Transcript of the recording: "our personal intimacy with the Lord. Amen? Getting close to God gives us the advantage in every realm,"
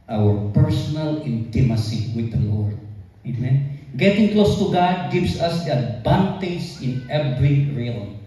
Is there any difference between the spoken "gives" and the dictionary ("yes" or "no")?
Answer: yes